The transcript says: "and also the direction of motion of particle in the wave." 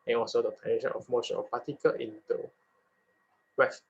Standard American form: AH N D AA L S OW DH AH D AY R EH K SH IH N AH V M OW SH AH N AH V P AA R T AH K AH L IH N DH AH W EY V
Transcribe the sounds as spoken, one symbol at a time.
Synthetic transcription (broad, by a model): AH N AA L S OW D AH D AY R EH SH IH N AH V M OW SH AH N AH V P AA T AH K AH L IH N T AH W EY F